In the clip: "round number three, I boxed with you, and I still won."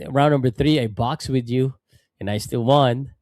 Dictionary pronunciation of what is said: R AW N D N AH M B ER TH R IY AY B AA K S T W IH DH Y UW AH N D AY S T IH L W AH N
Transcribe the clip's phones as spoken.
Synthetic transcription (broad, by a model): R AW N N AH M B ER TH R IY AY B AA K S W IH DH Y UW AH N AY S T IH L W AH N